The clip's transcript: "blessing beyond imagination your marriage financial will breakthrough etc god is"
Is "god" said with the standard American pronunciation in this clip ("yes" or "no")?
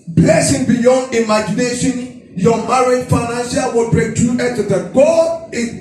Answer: no